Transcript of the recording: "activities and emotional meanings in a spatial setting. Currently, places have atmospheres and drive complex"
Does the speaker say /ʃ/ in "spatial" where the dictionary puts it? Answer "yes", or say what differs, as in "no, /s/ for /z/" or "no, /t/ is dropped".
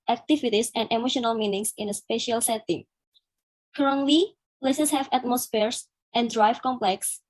yes